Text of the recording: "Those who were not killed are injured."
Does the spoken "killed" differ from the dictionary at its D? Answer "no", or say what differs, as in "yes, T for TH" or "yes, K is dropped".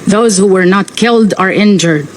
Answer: no